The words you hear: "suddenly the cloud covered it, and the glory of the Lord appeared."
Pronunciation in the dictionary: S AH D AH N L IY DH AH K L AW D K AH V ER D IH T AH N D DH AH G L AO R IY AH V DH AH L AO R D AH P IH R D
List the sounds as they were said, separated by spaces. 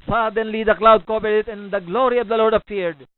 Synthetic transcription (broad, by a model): S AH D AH N L IY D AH K L AW D K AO B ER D IH T AH N D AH G L AO R IY AH V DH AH L AO R D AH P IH R D